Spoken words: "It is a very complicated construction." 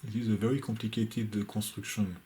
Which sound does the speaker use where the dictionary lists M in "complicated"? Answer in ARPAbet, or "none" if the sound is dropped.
none